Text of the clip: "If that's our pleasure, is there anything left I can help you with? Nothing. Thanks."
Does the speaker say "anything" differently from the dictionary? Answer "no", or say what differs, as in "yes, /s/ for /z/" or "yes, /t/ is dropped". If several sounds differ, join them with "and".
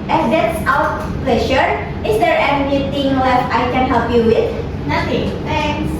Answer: yes, /t/ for /θ/